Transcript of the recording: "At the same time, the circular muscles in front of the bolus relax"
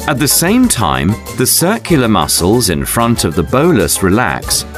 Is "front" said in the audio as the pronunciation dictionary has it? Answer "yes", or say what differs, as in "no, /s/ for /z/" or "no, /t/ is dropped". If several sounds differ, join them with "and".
yes